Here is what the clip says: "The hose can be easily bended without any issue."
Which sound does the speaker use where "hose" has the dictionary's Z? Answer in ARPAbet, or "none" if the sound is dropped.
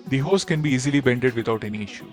S